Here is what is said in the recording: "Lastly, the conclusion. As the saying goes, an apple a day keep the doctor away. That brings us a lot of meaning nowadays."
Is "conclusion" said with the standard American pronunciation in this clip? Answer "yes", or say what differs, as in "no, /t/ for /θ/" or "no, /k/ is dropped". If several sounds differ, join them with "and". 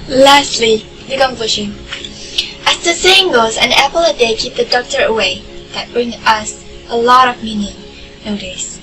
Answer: no, /ʃ/ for /ʒ/